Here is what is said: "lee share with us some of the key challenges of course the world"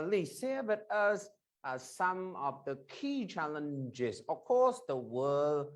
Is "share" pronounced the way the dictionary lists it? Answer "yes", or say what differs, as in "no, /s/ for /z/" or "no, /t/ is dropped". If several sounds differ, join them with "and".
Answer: no, /s/ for /ʃ/